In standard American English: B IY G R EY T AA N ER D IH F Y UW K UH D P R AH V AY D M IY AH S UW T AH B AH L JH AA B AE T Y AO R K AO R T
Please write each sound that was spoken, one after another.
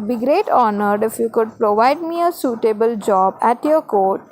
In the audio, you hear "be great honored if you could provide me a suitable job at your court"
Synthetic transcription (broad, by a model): B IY G R EY T AA N ER D IH F Y UW K UH D P R AH V AY D M IY AH S UW T AH B AH L JH AA B AE T Y AO R K AO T